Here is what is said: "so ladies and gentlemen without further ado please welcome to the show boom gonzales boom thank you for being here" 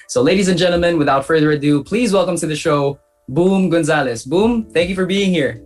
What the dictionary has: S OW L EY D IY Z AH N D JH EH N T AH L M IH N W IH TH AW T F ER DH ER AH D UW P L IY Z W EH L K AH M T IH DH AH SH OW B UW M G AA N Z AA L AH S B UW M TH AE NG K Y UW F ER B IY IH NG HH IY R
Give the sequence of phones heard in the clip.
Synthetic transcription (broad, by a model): S OW L EY D IY Z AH N JH EH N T L M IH N W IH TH AW T F ER DH ER AH D UW P L IY Z W EH L K AH M T IH DH AH SH OW B UW M G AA N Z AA L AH S B UW M TH AE NG K Y UW F ER B IY IH NG HH IY R